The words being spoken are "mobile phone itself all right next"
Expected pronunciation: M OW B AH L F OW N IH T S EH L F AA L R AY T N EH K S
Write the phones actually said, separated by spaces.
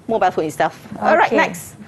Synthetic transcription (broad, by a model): M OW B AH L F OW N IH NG S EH F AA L R AY T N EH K S